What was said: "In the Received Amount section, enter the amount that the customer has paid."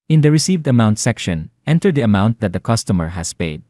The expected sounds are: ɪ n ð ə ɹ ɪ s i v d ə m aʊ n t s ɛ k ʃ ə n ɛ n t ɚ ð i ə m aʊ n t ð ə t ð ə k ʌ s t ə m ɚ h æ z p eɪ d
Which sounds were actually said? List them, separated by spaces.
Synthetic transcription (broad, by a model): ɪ n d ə ɹ ɪ s i v d ə m aʊ n t s ɛ k ʃ ə n ɛ n t ɚ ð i ə m aʊ n t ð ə t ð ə k ʌ s t ə m ɚ h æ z p eɪ d